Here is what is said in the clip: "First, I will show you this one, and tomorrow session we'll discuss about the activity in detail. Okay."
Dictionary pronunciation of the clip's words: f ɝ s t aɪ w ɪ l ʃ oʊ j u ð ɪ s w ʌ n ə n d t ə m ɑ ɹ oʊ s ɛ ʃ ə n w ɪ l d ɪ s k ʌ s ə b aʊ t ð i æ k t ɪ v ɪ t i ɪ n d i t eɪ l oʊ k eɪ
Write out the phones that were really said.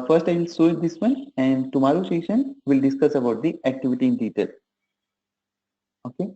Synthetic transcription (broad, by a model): f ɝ s t aɪ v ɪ l s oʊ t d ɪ s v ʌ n ə n d t ə m ɑ ɹ oʊ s ɛ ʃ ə n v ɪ l d ɪ s k ʌ s ə b aʊ t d i æ k t ɪ v ɪ t i ɪ n d i t eɪ l oʊ k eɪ